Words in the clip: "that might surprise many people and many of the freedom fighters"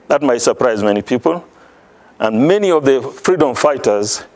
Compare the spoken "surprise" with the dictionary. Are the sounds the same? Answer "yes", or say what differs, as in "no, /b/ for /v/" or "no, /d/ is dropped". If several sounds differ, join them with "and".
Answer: yes